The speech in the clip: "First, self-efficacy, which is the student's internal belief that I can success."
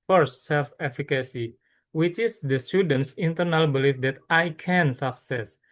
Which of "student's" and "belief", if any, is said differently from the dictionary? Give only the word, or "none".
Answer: none